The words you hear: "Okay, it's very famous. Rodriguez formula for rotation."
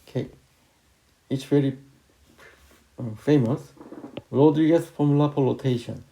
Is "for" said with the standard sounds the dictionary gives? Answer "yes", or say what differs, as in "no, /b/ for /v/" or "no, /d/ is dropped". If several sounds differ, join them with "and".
no, /p/ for /f/